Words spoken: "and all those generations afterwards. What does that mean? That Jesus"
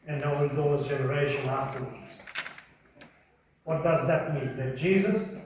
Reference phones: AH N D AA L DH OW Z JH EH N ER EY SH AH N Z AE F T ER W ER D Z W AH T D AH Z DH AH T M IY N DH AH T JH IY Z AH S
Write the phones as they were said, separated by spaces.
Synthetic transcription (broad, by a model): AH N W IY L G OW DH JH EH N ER EY SH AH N AE F T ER W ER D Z W AH T D AH Z DH AH T M IY N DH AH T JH IY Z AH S